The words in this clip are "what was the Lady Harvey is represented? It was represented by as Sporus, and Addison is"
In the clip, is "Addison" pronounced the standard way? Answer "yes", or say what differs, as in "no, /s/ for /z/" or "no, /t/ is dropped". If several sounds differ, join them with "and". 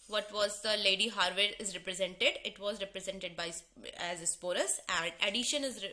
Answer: no, /ʃ/ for /s/